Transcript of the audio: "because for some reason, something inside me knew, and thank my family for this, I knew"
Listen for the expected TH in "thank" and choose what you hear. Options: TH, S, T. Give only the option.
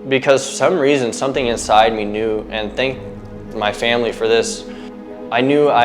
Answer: TH